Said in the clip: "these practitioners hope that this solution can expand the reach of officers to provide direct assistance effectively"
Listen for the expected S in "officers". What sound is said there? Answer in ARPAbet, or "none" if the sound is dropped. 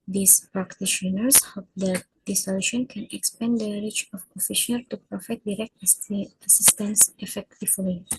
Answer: SH